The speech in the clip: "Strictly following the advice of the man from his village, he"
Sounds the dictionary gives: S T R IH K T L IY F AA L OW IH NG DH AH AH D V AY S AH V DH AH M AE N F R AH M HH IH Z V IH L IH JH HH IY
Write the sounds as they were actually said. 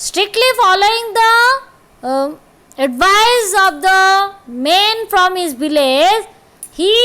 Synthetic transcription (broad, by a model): S T R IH K T L IY F AA L OW IH NG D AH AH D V AY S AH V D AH M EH N F R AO M HH IH Z B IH L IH Z HH IY